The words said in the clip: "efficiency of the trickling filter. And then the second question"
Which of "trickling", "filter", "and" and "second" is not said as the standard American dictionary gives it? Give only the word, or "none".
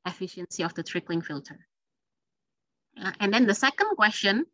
none